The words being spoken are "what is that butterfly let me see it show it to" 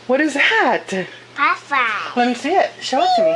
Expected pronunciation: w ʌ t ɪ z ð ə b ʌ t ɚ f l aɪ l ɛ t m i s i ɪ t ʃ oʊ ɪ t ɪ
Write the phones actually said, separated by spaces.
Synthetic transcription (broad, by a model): w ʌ t ɪ z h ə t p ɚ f aɪ l ɛ t m i s i ɪ t ʃ oʊ ɪ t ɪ